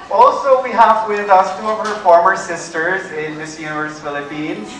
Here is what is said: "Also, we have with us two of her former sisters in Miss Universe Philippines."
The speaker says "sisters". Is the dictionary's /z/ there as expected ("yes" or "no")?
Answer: yes